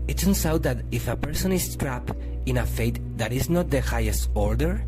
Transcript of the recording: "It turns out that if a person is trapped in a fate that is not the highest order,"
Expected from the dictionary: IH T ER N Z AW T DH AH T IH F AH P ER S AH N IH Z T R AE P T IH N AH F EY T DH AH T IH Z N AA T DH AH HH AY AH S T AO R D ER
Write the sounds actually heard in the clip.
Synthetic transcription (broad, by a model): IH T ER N S AW T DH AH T IH F AH P ER S AH N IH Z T R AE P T IH N AH F EY T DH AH T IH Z N AA T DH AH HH AY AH S T AO R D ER